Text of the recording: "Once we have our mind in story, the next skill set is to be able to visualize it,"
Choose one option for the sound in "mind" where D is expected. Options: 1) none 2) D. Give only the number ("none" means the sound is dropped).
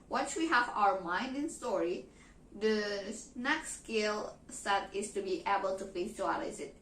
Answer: 2